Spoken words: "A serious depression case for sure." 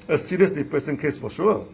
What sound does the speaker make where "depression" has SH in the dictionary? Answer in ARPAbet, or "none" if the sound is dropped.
S